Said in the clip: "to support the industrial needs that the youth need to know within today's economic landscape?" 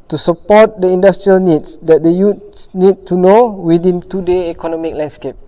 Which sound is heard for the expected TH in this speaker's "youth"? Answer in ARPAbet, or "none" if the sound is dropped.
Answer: S